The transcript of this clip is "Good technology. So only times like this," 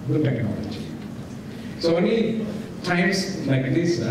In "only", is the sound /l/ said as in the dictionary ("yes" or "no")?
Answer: no